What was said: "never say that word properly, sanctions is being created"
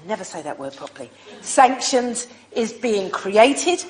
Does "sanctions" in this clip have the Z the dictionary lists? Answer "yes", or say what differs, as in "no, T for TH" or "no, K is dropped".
yes